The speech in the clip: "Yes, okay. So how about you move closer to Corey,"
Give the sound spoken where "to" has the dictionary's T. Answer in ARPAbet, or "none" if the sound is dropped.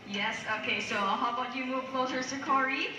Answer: S